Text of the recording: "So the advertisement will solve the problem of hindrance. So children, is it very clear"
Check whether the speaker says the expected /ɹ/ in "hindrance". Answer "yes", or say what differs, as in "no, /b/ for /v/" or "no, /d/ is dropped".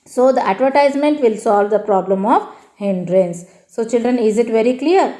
yes